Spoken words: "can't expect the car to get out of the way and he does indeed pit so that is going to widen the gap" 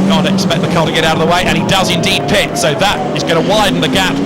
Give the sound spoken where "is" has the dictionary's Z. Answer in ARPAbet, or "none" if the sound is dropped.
Z